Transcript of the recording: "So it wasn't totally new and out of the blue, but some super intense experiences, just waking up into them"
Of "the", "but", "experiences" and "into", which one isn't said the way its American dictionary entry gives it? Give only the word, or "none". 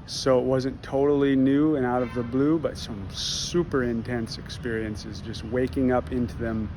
none